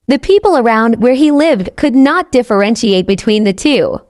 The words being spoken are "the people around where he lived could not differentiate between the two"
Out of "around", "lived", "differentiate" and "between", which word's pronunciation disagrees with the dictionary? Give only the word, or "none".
none